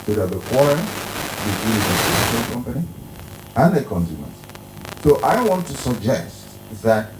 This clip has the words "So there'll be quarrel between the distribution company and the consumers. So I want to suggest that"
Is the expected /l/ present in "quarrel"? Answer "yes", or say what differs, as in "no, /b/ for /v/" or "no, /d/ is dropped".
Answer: no, /n/ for /l/